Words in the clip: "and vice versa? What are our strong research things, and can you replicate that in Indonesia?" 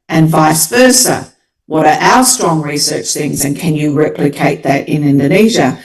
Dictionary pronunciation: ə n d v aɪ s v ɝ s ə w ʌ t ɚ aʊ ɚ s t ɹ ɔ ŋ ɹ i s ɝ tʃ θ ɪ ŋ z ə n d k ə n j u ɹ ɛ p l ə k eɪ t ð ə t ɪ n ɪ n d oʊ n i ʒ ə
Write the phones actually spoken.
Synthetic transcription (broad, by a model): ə n v aɪ s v ɝ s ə w ʌ t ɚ aʊ ɚ s t ɹ ɔ ŋ ɹ i s ɝ tʃ θ ɪ ŋ z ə n k ə n j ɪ ɹ ɛ p l ə k eɪ t ð ə t ɪ n ɪ n d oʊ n i ʒ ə